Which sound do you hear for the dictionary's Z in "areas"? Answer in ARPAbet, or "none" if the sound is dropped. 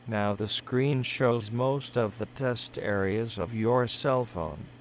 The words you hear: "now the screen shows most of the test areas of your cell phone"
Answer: Z